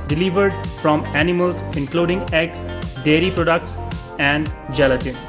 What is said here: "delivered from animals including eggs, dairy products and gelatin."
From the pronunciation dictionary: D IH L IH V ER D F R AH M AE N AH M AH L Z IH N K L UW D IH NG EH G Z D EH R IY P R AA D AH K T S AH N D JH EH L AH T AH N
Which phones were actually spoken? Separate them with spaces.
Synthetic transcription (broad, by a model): D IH L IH V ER D F R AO M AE N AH M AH L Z IH N K L UW D IH NG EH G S D EH R IY P R AA D AH K T S AH N D JH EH L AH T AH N